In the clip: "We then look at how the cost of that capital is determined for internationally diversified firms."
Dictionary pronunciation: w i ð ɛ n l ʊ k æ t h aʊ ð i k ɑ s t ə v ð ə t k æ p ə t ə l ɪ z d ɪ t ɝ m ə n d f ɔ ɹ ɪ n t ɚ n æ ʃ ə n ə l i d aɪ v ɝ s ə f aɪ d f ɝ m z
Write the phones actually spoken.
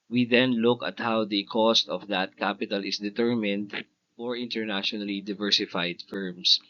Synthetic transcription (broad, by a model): w i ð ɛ n l ʊ k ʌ t h aʊ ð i k ɑ s t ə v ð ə t k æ p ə t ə l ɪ s d ɪ t ɝ m ə n d f ɔ ɹ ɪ n t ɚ n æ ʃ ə n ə l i d aɪ v ɝ s ə f aɪ d f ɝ m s